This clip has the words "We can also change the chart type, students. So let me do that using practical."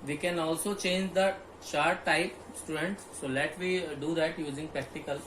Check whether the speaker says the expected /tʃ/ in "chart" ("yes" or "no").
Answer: no